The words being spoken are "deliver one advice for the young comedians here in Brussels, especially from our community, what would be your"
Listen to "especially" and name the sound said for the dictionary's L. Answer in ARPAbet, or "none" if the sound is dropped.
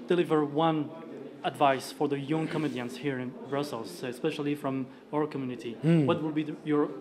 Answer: L